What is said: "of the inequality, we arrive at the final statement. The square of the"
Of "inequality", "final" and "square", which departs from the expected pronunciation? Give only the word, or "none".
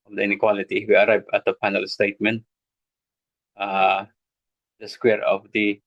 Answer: final